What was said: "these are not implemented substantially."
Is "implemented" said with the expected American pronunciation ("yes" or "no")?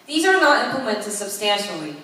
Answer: no